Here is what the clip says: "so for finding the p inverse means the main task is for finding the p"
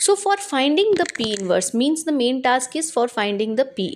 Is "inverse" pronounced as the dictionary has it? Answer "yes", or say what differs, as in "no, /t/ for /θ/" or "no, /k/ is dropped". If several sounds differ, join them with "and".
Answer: yes